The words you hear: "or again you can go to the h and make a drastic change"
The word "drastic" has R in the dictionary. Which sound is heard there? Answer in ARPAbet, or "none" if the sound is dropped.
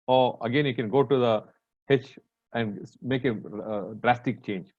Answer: R